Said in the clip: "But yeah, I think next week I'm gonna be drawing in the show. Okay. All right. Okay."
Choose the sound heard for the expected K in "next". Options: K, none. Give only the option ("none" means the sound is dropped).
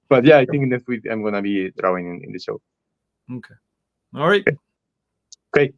none